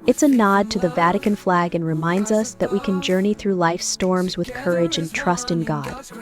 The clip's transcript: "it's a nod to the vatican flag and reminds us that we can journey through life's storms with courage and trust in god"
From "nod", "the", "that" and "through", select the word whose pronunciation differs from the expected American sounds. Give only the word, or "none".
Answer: none